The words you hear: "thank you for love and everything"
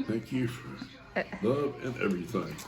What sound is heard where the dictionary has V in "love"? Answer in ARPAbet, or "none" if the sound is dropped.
V